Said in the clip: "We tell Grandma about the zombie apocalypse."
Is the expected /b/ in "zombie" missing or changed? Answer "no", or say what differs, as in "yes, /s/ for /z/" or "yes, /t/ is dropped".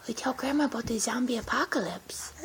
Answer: no